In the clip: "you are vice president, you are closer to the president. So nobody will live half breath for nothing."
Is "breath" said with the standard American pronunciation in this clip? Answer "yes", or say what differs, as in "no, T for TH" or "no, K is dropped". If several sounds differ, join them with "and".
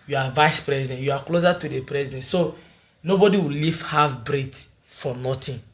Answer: no, T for TH